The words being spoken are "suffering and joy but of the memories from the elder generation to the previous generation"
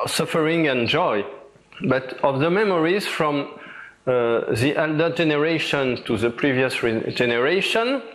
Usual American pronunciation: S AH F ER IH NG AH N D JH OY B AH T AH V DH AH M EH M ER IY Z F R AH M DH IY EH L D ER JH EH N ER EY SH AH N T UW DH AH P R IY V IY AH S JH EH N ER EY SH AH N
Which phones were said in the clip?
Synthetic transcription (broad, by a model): S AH F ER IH NG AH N JH OY B AH T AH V DH AH M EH M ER IY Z F R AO M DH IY EH L D ER JH EH N ER EY SH AH N T UW DH AH P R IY V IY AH S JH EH N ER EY SH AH N